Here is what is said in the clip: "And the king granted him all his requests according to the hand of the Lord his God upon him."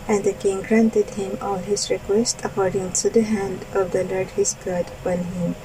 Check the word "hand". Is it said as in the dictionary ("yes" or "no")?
yes